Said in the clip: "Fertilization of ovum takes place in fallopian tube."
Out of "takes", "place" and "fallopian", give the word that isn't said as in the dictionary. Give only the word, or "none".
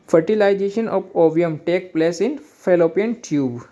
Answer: takes